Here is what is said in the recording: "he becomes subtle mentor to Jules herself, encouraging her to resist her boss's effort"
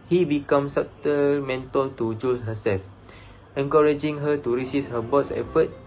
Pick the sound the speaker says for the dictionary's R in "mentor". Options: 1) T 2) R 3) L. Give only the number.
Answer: 3